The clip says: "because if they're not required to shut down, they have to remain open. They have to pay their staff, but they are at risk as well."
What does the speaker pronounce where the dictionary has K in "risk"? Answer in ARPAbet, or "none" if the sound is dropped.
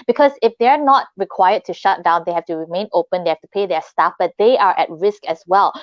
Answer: K